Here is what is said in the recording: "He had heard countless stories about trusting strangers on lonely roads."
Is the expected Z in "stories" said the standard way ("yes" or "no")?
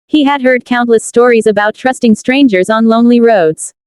yes